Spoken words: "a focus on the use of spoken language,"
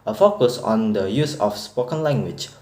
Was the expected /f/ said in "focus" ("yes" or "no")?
yes